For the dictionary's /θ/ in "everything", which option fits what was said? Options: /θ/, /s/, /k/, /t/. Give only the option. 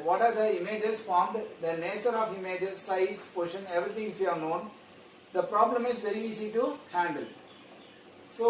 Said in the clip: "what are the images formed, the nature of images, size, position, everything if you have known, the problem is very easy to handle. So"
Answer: /t/